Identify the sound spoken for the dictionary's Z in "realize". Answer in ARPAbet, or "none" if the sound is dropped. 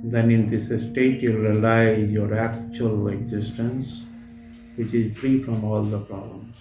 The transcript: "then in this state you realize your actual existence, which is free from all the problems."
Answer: none